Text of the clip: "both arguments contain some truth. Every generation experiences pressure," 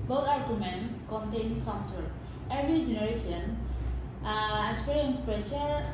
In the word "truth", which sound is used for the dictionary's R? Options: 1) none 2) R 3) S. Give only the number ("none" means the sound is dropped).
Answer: 1